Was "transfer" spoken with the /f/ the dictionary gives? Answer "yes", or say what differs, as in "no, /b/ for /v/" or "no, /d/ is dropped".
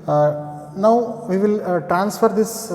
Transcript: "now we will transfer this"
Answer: yes